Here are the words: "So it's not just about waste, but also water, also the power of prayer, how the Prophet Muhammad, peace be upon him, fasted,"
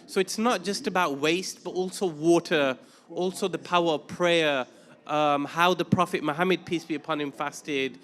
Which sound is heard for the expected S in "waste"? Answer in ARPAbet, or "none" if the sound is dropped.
S